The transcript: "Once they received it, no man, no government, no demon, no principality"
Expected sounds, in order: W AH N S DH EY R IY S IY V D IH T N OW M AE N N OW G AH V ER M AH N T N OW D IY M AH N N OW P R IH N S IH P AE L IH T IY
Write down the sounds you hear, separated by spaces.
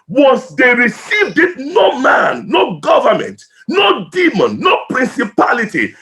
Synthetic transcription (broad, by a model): W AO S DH EY R IY S IY V D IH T N OW M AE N N OW G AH V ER M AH N T N OW D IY M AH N N OW P R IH N S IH P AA L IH T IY